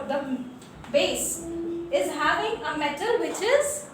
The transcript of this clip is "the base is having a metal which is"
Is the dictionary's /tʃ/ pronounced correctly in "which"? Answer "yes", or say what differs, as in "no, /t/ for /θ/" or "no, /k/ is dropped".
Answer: yes